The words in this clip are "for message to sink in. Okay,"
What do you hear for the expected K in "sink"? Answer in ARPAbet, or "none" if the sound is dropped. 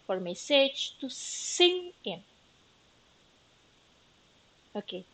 none